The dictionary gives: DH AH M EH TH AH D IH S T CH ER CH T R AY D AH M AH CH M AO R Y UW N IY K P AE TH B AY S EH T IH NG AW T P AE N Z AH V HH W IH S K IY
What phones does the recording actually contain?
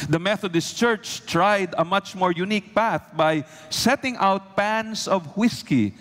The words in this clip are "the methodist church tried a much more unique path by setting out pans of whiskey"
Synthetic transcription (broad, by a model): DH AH M EH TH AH D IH S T CH ER CH T R AY D AH M AH CH M AO R Y UW N IY K P AE TH B AY S EH T IH NG AW T P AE N S AH V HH W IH S K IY